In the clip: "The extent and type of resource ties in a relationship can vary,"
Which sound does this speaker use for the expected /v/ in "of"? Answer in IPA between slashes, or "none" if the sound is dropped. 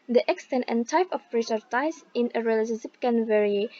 /p/